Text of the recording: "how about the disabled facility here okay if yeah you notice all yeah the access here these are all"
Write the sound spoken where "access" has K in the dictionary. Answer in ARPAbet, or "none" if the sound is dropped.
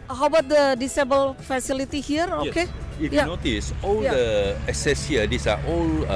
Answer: none